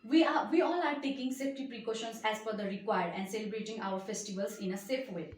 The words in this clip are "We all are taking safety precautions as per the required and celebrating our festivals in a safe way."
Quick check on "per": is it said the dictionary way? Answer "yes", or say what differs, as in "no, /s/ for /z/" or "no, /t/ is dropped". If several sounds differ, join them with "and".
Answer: no, /f/ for /p/